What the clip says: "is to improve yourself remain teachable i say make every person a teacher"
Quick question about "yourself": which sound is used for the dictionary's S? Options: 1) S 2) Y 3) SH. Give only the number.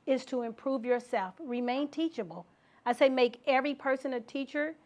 1